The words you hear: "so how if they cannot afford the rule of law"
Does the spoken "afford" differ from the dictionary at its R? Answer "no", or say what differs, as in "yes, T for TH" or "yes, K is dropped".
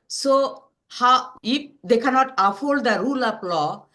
yes, L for R